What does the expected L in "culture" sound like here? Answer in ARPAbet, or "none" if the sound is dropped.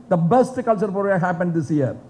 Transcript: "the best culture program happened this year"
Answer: L